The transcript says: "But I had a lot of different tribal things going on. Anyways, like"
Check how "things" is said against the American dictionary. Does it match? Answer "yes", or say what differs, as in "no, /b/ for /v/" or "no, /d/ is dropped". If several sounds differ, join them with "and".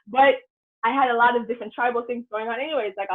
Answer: yes